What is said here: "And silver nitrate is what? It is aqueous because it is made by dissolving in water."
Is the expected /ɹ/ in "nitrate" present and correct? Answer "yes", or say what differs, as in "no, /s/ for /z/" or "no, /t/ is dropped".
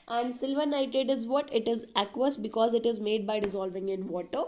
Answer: no, /ɹ/ is dropped